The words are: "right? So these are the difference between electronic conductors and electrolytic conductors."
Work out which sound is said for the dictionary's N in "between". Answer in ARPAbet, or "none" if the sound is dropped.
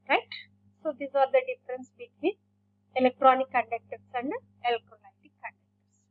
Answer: none